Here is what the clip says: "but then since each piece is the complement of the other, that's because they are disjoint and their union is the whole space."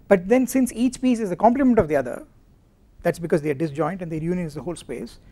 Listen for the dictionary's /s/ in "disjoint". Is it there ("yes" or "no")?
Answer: yes